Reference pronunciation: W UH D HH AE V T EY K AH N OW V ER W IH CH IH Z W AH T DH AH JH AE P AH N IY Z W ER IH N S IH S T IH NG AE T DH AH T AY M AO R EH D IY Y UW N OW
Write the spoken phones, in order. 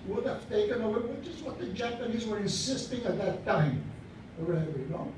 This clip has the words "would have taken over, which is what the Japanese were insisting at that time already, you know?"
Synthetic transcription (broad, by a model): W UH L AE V T EY K AH N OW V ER W IH CH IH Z W AH T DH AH JH AE P AH N IY Z W ER IH N S IH S T IH NG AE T DH AH T AY M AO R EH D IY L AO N